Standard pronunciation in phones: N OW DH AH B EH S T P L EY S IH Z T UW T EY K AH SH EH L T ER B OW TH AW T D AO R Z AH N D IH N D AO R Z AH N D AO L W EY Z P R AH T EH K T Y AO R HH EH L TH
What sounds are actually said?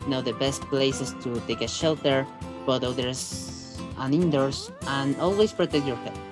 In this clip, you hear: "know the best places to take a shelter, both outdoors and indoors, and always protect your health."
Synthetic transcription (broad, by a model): N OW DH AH B EH S T P L EY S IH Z T UW T EY K AH SH EH L T ER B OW T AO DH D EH R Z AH N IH N D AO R S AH N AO L W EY S P R AH T EH K T Y AO R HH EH